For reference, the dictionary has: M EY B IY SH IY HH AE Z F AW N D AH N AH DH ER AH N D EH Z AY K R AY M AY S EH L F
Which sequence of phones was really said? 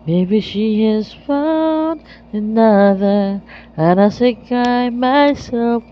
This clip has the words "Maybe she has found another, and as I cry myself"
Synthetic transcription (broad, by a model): M EY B IY SH IY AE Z F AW N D AH N AH DH ER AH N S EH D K AY M AY S EH L F